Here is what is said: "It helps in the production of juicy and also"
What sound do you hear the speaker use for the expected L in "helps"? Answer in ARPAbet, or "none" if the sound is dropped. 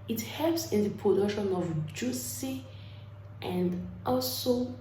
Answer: none